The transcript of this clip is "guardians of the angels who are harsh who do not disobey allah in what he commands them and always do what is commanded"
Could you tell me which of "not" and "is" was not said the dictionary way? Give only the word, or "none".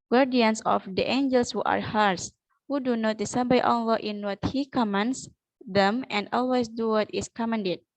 is